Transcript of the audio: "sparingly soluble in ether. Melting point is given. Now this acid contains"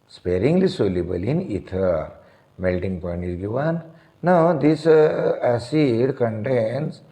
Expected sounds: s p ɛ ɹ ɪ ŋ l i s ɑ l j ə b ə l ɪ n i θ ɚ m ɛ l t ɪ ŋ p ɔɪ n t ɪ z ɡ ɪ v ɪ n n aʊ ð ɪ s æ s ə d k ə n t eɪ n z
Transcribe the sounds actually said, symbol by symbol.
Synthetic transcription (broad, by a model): s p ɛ ɹ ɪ ŋ l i s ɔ l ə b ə l ɪ n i t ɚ m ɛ l t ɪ ŋ p ɔɪ n t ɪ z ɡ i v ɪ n n aʊ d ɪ s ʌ s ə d k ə n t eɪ n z